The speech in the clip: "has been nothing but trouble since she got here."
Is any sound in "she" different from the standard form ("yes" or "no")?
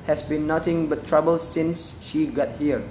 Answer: no